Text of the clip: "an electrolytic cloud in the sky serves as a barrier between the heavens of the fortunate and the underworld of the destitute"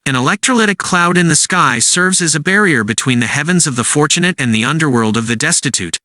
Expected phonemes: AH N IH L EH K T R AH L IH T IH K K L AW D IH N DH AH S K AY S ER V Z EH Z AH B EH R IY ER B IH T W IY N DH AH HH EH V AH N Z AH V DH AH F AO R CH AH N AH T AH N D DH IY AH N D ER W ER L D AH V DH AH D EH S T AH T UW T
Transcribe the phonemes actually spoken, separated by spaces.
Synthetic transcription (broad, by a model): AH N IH L EH K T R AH L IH T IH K K L AW D IH N DH AH S K AY S ER V Z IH Z AH B EH R IY ER B IH T W IY N DH AH HH EH V AH N Z AH V DH AH F AO R CH AH N AH T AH N DH IY AH N D ER W ER L D AH V DH AH D EH S T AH T UW T